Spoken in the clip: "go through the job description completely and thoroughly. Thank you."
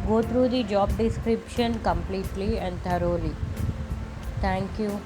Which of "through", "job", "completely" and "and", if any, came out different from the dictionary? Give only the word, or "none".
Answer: through